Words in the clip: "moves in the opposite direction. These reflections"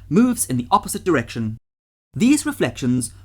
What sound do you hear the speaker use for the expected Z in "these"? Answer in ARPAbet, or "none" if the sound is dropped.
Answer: Z